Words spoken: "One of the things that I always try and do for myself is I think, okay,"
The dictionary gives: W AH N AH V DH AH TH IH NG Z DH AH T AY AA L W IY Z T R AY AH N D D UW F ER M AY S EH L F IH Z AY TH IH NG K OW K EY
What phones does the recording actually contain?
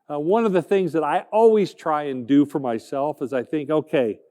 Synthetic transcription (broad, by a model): W AH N AH V DH AH TH IH NG Z DH AH T AY AA L W IY Z T R AY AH N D D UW F ER M AY S EH L F IH Z AY TH IH NG K OW K EY